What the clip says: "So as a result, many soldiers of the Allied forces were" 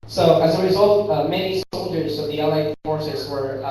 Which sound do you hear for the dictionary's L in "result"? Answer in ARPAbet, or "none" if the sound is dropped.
L